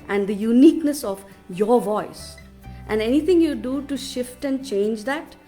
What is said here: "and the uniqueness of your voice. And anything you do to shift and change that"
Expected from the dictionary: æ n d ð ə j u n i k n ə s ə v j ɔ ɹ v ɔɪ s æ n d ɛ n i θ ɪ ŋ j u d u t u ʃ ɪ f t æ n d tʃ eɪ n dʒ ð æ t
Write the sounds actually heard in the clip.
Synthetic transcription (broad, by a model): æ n d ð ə j u n i k n ə s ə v j ɔ ɹ v ɔɪ s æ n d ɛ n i t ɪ ŋ j u d u t u ʃ ɪ f t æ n d tʃ eɪ n dʒ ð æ t